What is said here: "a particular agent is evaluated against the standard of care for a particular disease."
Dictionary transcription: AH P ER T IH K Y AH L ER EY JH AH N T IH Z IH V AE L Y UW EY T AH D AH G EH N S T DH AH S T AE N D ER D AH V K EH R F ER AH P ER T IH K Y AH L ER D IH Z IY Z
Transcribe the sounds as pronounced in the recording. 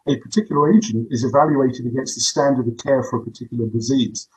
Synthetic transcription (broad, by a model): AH P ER T IH K Y L ER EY JH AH N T IH Z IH V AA L Y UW EY T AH D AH G EH N S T DH AH S T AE N D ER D AH V K EH R F ER AH P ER T IH K Y L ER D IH Z IY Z